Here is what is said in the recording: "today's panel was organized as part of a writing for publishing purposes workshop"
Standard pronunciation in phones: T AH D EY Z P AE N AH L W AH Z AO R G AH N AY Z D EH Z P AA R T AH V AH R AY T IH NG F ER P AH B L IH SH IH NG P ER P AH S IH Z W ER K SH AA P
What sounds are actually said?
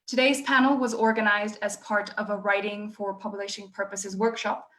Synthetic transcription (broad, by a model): T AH D EY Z P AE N L W AH Z AO R G AH N AY Z D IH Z P AA R T AH V AH R AY T IH NG F ER P AH B L IH SH IH NG P ER P AH S IH Z W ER K SH AA P